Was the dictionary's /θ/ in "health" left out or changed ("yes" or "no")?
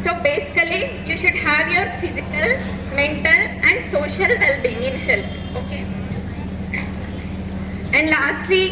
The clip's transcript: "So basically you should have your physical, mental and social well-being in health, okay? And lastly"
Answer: yes